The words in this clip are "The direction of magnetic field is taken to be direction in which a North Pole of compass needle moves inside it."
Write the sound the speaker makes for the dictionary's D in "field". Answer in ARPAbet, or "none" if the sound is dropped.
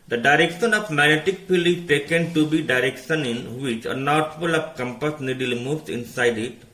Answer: none